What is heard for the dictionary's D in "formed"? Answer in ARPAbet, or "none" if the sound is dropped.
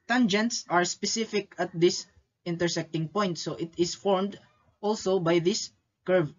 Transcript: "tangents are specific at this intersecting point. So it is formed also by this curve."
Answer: D